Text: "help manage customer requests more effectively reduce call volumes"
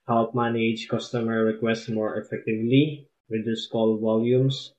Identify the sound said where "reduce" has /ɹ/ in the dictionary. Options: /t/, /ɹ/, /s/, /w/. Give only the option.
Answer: /w/